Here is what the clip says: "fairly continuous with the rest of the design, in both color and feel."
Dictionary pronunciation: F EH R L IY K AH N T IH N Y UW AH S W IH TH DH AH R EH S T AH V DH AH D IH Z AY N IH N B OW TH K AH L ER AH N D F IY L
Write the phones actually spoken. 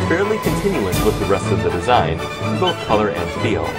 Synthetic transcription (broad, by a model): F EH R L IY K AH N T IH N Y UW AH S W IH DH AH R EH S T AH V DH AH D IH Z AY IH N B OW TH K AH L ER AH N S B IY L